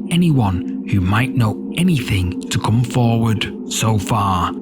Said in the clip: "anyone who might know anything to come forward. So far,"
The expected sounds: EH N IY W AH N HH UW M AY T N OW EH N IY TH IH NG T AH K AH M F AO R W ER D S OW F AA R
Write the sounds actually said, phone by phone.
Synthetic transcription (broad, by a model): EH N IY W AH N HH UW M AY T N OW EH N IY TH IH NG T AH K AH M F AO R W ER D S OW F AA R